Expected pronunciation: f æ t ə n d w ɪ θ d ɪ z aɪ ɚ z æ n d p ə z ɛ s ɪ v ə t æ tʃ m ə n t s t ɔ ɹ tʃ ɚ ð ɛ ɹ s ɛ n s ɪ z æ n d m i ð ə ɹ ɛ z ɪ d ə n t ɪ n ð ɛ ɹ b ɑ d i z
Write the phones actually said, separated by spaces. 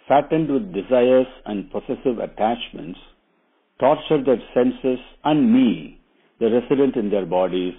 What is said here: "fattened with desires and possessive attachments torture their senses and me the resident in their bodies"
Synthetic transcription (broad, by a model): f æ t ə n d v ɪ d d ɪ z aɪ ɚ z æ n d p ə s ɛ s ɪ v ə t æ tʃ m ə n t s t ɔ ɹ tʃ ɚ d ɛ ɹ s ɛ n s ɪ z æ n d m i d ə ɹ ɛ s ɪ d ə n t ɪ n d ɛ ɹ b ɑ d i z